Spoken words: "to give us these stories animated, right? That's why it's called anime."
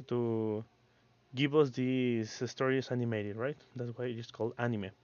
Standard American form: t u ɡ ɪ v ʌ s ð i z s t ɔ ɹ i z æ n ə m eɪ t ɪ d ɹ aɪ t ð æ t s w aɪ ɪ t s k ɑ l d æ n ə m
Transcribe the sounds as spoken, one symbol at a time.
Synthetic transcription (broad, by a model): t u ɡ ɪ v ʌ s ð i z s t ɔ ɹ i s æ n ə m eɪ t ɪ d ɹ aɪ t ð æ t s w aɪ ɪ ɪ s k ɑ l d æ n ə m